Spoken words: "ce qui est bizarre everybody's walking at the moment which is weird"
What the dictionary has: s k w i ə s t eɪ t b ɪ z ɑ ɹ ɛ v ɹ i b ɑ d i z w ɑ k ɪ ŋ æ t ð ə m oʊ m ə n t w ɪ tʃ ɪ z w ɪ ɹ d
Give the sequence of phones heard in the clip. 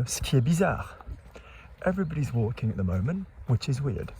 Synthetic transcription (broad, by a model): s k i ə b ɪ z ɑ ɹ ɛ v ɹ i b ɑ d i z w ɑ k ɪ ŋ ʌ t ð ə m oʊ m ə n t w ɪ tʃ ɪ z w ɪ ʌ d